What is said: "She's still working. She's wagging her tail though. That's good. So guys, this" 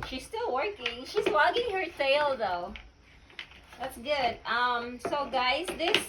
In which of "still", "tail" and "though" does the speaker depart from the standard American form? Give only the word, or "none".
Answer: tail